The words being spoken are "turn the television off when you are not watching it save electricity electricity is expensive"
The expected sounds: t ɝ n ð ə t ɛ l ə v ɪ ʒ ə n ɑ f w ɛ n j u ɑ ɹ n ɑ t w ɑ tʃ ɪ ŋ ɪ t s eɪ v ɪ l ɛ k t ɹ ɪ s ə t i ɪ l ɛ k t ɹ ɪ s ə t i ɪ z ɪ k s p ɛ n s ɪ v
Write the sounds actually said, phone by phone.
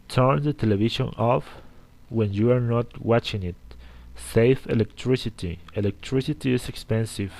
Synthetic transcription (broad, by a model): t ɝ n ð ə t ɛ l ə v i ʃ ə n ɑ f w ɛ n j u ɑ ɹ n ɑ t w ɑ tʃ ɪ ŋ ɪ t s eɪ f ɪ l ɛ k t ɹ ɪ s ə t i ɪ l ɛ k t ɹ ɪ s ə t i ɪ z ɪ k s p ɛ n s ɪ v